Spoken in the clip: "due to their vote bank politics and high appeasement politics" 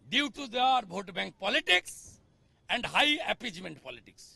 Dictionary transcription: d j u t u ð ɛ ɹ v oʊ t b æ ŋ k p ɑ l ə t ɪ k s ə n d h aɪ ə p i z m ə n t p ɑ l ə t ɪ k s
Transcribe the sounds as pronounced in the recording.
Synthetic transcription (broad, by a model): d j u t u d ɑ ɹ b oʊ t b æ ŋ k p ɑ l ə t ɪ k s ə n d h aɪ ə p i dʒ m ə n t p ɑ l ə t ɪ k s